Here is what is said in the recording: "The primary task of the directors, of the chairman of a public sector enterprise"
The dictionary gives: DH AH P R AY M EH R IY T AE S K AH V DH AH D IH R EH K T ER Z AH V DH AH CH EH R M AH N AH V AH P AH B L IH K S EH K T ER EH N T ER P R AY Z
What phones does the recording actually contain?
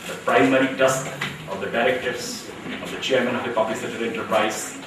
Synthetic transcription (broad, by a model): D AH P R AY M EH R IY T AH S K AH V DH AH D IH R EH K T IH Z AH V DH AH CH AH R M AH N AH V AH P AH B L IH K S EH T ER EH N T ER P R AY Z